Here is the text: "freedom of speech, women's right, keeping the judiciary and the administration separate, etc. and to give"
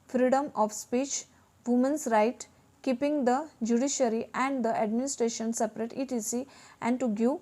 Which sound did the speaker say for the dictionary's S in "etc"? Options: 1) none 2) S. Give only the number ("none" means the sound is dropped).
1